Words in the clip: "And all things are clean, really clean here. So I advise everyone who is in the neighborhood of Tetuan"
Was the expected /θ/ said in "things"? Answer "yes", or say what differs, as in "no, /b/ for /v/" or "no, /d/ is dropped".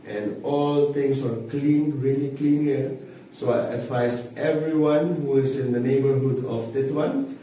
no, /t/ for /θ/